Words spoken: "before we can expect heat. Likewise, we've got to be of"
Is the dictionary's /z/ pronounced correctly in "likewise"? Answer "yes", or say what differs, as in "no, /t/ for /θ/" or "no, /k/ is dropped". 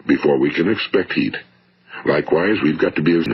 yes